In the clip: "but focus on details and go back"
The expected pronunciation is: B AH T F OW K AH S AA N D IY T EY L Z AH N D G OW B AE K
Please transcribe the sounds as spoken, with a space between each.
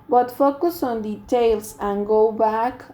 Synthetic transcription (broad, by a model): B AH T F OW K AH S AA N D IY T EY L S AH N G OW B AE K